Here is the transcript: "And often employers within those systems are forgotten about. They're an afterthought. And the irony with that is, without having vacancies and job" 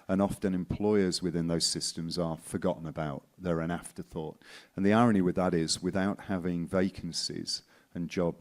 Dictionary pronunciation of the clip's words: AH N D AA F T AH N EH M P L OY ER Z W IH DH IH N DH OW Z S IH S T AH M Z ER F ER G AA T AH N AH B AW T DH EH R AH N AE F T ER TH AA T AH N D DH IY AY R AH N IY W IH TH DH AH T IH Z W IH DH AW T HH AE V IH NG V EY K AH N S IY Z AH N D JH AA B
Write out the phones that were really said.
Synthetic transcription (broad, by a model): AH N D AA F T AH N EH M P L OY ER Z W IH DH IH N DH OW Z S IH S T AH M Z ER F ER G AA T N AH B AW T DH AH R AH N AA F T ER TH AA T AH N DH IY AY R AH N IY W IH DH AH T IH Z W IH DH AW T HH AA V IH NG V EY K AH N S IY Z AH N JH AA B